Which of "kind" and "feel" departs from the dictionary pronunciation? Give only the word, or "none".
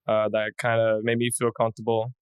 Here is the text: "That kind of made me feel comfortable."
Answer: none